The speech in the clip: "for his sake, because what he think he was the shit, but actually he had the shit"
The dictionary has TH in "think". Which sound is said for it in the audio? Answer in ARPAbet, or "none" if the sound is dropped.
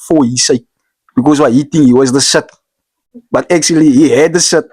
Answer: T